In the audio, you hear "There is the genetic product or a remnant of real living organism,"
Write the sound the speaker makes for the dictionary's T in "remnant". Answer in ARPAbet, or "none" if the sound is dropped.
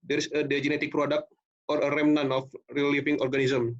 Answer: none